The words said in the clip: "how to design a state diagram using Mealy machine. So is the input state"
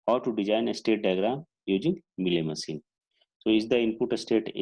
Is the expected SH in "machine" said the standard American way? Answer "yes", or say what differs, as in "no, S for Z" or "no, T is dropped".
no, S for SH